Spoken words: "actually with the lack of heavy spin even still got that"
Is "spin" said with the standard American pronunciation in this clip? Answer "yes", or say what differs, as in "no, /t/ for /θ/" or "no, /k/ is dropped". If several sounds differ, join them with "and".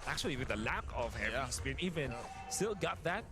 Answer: no, /b/ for /p/